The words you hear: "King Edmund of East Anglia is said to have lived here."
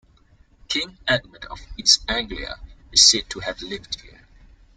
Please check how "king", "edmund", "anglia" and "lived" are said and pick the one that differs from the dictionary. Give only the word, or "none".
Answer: edmund